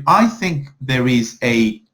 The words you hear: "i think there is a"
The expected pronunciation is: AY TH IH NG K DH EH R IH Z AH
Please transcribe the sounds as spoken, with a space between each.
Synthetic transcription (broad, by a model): AY TH IH NG K DH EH R IH Z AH